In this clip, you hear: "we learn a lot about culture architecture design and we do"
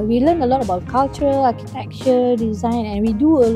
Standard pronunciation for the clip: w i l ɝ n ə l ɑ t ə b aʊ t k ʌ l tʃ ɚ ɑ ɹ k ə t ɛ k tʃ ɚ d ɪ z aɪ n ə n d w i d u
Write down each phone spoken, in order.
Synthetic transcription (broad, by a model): w i l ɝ n ə l ɑ t ə b aʊ t k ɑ l tʃ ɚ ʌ l k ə t ɛ k tʃ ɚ d ɪ z aɪ n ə n w i d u